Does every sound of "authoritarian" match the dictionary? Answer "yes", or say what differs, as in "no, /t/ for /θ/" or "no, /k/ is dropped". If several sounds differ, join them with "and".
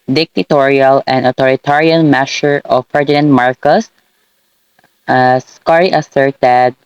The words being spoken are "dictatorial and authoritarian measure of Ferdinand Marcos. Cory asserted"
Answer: no, /t/ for /θ/